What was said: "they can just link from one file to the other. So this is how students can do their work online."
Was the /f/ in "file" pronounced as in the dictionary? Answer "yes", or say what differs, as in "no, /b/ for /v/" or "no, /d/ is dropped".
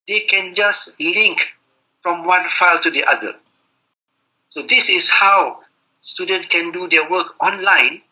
yes